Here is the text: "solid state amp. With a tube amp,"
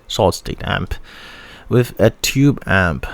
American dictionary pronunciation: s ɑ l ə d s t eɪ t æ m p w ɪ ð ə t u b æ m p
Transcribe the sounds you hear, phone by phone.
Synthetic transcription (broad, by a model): s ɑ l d s t eɪ t æ m p w ɪ ð ə t u b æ m p